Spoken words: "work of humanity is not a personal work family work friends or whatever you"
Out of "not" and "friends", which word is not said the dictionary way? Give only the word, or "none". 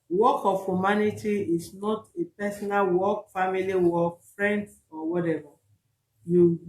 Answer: friends